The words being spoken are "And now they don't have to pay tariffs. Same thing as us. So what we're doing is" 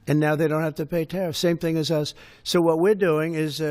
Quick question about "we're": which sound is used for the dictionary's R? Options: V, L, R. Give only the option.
R